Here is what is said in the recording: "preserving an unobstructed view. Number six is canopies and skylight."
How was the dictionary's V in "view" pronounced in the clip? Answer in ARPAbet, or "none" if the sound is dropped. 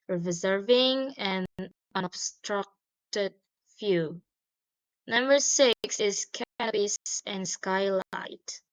F